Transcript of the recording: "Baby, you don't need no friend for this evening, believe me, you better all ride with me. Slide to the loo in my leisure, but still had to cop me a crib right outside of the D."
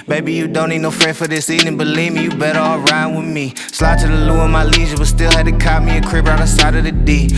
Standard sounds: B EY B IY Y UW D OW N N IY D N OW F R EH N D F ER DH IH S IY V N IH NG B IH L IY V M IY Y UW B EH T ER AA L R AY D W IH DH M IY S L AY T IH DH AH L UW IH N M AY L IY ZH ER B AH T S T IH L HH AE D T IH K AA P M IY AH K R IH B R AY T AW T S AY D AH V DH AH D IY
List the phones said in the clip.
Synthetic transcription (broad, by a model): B EY B IY Y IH D OW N N IY D N OW F R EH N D F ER DH IH S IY N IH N B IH L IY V M IY Y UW B EH T ER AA L R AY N W IH DH M IY S L AY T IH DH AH L UW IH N M AY L IY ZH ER B AH T S T IH L HH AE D T IH K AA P M IY AH K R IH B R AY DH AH S AY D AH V DH AH D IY